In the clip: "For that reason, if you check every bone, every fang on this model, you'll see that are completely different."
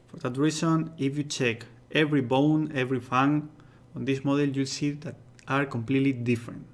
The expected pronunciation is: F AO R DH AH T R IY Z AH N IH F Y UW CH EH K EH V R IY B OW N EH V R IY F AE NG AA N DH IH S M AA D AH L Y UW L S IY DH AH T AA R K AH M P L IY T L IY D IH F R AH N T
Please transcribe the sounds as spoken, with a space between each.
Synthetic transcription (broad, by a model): F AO R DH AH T R IY S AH N IH F Y UW CH EH K EH V R IY B OW N EH V R IY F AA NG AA N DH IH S M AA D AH L Y UW L S IY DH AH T AA R K AH M P L IY T L IY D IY F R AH N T